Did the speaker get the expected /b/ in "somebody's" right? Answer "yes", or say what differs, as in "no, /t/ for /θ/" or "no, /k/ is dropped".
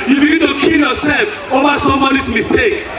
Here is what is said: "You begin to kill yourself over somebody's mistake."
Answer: no, /b/ is dropped